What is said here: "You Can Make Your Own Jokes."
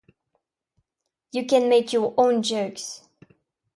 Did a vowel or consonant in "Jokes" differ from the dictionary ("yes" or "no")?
no